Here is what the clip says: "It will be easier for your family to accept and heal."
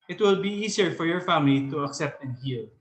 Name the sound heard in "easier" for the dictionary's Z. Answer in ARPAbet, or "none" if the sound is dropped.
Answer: S